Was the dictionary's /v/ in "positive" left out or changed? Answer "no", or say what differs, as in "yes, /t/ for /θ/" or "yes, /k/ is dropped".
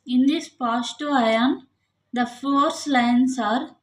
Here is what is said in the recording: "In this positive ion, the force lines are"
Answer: yes, /v/ is dropped